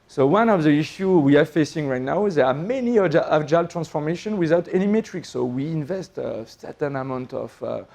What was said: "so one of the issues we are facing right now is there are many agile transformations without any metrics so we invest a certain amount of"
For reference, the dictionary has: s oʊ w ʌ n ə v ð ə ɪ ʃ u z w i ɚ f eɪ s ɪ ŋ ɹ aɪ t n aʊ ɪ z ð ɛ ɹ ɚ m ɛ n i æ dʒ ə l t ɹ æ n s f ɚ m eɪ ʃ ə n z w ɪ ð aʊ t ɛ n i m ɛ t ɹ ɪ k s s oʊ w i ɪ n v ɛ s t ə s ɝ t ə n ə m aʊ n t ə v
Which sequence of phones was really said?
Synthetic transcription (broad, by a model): s oʊ w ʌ n ə v ð ə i ʃ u w i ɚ f eɪ s ɪ ŋ ɹ aɪ t n aʊ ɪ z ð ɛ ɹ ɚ m ɛ n i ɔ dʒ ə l t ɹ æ n s f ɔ m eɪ ʃ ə n w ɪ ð aʊ t ɛ n i m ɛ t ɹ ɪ k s s oʊ w i ɪ n v ɛ s t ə s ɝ t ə n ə m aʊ n t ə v